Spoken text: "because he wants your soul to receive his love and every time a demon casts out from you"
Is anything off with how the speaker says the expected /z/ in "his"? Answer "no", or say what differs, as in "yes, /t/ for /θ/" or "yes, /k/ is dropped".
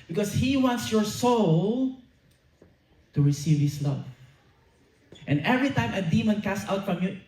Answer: yes, /s/ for /z/